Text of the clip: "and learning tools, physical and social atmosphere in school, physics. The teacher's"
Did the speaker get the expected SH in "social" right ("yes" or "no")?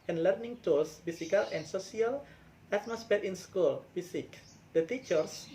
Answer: no